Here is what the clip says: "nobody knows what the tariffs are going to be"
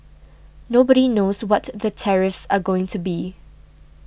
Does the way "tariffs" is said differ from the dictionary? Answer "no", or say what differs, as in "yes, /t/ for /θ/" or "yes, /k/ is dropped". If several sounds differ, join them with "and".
no